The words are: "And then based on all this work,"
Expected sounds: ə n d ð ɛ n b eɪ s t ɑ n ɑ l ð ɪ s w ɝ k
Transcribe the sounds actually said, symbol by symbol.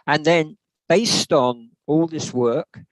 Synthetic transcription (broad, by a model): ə n ð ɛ n b eɪ s t n ɑ l ð ɪ s w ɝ k